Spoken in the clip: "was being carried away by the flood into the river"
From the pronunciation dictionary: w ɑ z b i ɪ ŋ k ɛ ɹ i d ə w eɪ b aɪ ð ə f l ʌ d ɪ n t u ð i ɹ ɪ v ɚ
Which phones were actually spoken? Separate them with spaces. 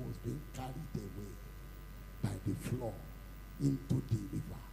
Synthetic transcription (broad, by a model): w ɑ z b i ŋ k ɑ ɹ i d ə w eɪ b aɪ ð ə f l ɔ ɪ n t u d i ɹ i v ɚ